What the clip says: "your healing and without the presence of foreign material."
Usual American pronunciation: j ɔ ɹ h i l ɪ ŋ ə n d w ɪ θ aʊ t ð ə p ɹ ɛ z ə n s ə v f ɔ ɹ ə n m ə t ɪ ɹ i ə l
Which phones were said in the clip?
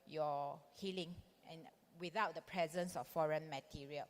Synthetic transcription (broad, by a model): j ɔ h i l ɪ ŋ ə n w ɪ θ aʊ t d ə p ɹ ɛ z ə n s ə f f ɔ ɹ ə n m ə t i ɹ i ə l